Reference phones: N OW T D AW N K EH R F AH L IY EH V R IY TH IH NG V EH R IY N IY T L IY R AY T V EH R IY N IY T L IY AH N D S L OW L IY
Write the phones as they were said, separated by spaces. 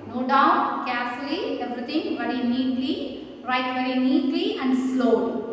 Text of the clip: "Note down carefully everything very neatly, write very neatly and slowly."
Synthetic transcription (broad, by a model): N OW D AW N K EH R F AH L IY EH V R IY T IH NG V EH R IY N IY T L IY R AY T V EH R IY N IY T L IY AH N D S L OW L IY